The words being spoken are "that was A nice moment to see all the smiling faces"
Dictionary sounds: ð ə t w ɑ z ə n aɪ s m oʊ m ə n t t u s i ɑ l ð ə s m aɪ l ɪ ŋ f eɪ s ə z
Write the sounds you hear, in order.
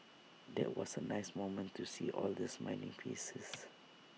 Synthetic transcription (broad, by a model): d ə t w ɑ s ə n aɪ s m oʊ m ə n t t u s i ɑ l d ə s m aɪ n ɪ ŋ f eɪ s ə s